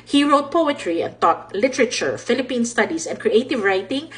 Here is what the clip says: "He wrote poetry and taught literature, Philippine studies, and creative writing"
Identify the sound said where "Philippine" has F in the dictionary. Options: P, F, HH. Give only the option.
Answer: F